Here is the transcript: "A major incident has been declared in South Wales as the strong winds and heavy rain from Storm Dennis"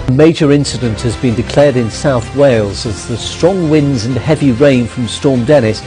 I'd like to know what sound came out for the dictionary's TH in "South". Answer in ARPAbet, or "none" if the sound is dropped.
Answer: TH